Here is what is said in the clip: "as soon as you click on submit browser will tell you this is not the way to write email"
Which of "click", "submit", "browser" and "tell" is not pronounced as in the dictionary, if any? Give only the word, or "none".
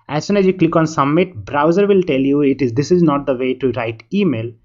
submit